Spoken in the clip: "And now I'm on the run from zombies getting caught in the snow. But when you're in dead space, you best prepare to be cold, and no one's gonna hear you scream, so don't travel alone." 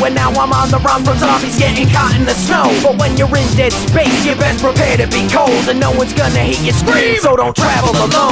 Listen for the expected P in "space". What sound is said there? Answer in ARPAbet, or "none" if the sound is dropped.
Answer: B